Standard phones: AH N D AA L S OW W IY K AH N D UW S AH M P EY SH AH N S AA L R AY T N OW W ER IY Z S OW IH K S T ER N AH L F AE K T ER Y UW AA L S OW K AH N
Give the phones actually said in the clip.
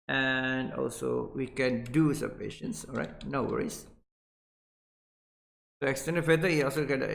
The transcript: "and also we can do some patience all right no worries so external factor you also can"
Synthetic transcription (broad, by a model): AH N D AA L S OW W IY K AH N D UW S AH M P EY SH AH N S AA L R AY T N OW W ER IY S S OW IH K S T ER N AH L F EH T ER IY AA L S OW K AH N